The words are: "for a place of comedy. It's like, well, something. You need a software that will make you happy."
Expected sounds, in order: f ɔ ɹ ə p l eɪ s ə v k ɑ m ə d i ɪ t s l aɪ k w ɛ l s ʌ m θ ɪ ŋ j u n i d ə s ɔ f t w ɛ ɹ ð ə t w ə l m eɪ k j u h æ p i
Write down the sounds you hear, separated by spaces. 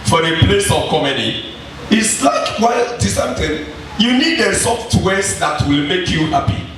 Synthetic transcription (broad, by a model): f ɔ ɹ ə p l eɪ s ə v k ɑ m ə d i ɪ t s l aɪ k w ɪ l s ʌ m t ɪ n j u n i d ə s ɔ f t w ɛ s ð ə t w ə l m eɪ k j u h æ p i